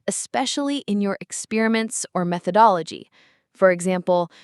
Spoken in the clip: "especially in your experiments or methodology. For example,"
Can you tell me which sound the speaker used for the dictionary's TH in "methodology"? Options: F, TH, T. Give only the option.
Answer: TH